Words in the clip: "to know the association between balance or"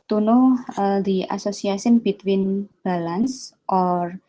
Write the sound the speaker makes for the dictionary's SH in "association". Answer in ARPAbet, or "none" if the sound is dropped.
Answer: S